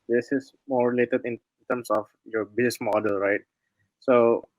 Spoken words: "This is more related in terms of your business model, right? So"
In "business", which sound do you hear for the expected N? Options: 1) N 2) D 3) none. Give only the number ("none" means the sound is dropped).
3